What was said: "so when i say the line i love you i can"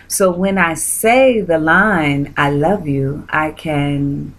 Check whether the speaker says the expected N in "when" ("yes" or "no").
yes